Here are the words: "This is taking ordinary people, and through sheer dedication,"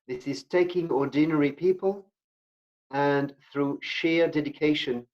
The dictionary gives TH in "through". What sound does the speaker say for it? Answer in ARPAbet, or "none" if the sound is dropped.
TH